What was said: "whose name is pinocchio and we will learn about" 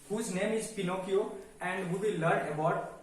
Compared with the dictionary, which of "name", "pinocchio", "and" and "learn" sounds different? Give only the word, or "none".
none